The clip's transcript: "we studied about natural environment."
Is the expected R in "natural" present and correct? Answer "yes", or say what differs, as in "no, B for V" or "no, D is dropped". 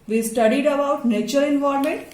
no, R is dropped